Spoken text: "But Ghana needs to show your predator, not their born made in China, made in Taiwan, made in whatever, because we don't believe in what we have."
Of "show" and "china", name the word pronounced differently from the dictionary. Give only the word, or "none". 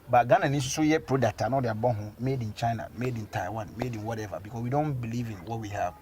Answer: show